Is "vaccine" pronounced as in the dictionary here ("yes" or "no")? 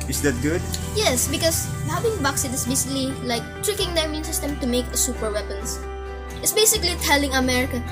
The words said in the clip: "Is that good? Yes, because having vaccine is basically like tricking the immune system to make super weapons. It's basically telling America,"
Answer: no